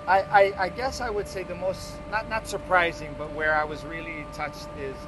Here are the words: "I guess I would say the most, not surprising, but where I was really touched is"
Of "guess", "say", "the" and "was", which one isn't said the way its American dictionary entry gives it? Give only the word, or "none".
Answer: none